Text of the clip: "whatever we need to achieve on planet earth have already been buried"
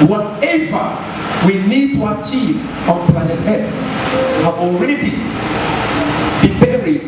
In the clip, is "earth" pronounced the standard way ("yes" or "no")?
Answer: no